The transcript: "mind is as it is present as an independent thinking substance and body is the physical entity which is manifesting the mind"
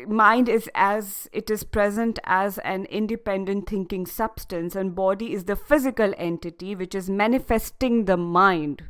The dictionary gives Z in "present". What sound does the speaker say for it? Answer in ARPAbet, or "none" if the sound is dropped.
Z